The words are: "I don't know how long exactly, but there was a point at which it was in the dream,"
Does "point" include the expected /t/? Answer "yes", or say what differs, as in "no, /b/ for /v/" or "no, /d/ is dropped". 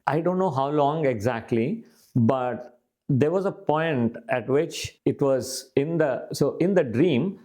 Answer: yes